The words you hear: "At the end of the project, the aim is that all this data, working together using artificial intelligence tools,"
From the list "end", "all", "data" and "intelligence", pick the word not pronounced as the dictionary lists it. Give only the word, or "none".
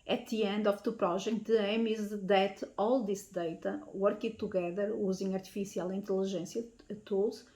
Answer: intelligence